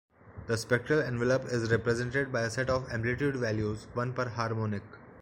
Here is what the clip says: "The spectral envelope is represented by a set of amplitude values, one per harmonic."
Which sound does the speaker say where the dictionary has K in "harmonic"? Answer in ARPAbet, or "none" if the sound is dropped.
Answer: K